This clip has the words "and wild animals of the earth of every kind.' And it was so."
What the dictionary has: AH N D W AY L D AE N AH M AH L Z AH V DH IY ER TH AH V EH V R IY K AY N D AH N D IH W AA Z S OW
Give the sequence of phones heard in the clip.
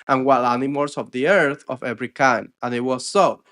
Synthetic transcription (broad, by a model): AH N W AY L AE N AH M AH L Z AH V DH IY ER TH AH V EH V R IY K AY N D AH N IH W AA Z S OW